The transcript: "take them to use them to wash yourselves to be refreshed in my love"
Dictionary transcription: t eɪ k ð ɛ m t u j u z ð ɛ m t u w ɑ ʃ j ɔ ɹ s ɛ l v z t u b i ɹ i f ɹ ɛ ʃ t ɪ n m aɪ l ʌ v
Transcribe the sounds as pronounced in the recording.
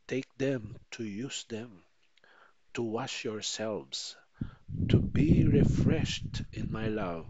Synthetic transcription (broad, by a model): t eɪ k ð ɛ m t u j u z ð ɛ m t u w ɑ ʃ j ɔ ɹ s ɛ l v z t u b i ɹ i f ɹ ɛ ʃ t ɪ n m aɪ l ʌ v